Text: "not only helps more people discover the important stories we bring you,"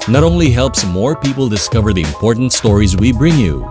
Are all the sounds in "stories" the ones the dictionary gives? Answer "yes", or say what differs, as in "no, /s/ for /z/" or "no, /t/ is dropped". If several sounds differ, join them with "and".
yes